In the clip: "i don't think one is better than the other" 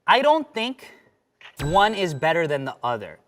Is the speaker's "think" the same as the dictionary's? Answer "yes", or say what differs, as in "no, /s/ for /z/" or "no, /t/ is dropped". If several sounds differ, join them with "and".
yes